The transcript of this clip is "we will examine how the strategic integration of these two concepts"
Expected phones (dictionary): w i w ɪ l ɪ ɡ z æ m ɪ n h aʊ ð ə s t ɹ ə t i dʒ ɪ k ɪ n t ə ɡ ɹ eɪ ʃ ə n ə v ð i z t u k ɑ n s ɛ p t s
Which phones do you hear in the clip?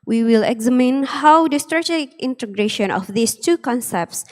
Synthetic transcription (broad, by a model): w i w ɪ l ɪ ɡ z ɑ m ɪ n h aʊ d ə s t ɹ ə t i ɪ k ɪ n t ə ɡ ɹ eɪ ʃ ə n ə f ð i s t u k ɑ n s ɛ p t s